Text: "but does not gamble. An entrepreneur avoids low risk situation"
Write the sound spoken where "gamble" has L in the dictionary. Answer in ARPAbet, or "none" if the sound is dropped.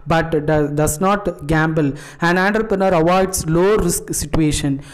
L